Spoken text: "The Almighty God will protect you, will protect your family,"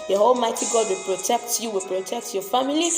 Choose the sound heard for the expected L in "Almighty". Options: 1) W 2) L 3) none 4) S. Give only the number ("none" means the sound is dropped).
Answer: 2